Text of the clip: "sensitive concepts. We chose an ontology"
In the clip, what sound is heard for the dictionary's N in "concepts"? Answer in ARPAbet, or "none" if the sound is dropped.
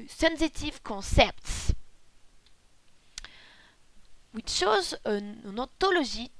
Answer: none